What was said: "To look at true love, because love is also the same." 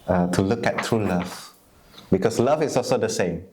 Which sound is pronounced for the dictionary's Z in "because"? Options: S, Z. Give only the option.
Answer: S